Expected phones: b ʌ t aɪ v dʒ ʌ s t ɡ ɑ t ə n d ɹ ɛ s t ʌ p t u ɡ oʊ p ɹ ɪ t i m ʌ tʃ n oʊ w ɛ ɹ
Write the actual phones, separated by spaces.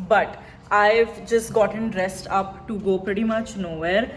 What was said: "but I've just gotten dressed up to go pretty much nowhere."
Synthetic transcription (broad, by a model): b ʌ t aɪ v dʒ ʌ s t ɡ ɑ t ə n d ɹ ɛ s t ʌ p t u ɡ oʊ p ɹ ɪ t i m ʌ tʃ n oʊ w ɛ ɹ